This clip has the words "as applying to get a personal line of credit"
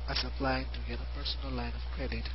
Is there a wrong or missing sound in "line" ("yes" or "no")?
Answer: no